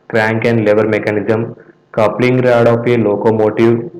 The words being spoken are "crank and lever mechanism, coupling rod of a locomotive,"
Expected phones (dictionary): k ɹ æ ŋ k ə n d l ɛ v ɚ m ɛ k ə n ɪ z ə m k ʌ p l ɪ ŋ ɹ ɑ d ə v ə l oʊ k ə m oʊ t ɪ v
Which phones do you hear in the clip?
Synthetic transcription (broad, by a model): k ɹ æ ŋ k ə n d l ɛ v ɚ m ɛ k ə n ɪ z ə m k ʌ p l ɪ ŋ ɹ ɑ d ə p ə l oʊ k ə m oʊ t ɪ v